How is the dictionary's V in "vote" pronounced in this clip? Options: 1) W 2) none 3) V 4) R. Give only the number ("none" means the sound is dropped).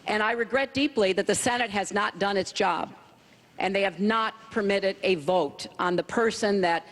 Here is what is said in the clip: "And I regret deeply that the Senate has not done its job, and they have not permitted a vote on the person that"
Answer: 3